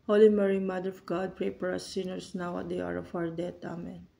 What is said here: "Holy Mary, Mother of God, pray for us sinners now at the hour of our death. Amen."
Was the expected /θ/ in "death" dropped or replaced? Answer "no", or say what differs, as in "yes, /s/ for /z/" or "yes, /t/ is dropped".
yes, /t/ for /θ/